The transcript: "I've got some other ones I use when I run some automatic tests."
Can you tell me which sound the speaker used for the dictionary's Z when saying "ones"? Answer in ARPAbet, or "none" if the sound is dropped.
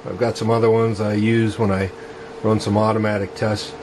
Z